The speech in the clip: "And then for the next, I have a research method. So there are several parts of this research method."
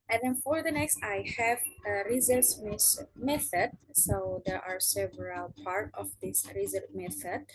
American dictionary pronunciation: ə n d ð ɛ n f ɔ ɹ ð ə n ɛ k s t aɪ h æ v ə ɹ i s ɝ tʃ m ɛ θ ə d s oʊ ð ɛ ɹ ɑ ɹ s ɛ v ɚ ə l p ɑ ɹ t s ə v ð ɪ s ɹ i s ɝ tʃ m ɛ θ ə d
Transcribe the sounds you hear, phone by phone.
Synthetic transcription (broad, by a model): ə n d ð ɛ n f ɔ ɹ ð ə n ɛ k s t aɪ h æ v ə ɹ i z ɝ s m ɛ θ ə d s oʊ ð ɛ ɹ ɑ ɹ s ɛ v ɚ ə l p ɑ ɹ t ə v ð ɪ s ɹ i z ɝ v m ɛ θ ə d